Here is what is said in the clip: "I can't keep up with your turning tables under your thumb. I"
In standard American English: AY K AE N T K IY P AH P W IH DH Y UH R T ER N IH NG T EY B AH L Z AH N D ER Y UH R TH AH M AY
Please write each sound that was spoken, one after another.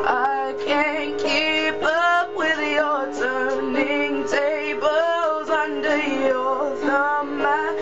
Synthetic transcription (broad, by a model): AY K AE N K IY P AH P W IH DH Y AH R T ER N IH NG T EY B AH L Z AH N D ER Y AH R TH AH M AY